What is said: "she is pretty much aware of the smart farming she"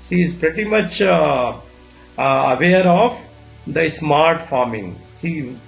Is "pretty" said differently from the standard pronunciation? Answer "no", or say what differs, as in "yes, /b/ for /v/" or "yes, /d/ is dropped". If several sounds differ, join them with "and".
no